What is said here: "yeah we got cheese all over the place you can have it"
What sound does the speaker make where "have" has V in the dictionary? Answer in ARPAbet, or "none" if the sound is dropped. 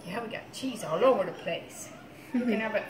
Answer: B